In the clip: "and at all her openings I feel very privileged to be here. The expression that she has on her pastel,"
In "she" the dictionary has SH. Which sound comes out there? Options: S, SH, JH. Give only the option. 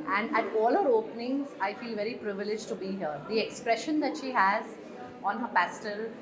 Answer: SH